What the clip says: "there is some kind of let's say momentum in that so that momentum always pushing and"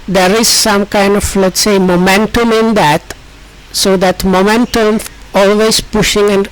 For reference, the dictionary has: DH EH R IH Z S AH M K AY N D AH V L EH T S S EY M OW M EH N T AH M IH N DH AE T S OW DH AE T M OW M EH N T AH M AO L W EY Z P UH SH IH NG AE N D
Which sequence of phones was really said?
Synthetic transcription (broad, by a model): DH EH R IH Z S AH M K AY N D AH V L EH T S S EY M OW M EH N T AH M IH N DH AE T S OW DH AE T M OW M EH N T AH M AO L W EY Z P UH SH IH NG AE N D